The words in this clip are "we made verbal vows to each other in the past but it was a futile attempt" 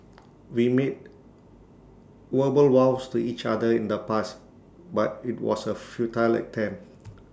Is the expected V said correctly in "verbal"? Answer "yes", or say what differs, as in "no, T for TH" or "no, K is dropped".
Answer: no, W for V